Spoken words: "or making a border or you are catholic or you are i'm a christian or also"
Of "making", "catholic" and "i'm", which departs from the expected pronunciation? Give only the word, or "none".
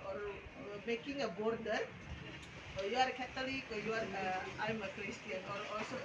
catholic